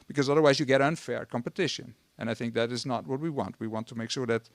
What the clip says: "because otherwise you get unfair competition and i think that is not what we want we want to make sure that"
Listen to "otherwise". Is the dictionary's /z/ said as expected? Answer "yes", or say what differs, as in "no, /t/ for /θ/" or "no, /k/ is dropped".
yes